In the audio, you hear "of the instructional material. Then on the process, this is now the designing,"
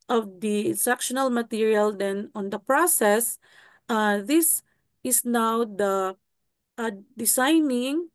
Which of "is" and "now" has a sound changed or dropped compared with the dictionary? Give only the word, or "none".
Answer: is